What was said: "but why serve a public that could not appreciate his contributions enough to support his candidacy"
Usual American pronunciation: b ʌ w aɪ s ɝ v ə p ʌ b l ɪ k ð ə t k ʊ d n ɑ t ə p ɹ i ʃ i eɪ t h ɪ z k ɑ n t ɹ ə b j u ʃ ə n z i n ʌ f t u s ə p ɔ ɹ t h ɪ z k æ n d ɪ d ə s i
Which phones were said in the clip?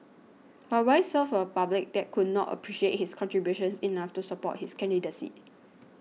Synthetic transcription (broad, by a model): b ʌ w aɪ s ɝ f ə p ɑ b l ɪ k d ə t k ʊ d n ɑ t ə p ɹ i ʃ i eɪ t h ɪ s k ɑ n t ɹ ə b j u ʃ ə n s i n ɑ f t u s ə p ɔ t h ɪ s k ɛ n d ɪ d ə s i